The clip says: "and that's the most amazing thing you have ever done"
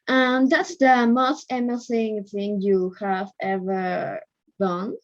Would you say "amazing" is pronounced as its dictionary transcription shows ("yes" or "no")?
no